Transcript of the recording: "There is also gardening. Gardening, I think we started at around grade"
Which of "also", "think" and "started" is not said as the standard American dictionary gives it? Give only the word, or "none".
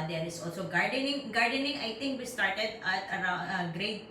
think